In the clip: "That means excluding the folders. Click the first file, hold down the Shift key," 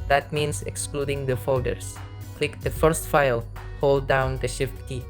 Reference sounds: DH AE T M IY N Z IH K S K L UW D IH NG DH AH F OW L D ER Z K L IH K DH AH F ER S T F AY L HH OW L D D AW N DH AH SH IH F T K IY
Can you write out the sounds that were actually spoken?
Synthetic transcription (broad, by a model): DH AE T M IY N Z IH K S K L UW D IH NG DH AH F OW D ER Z K L IH K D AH F ER S T F AY L HH OW L D D AW N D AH SH IH F T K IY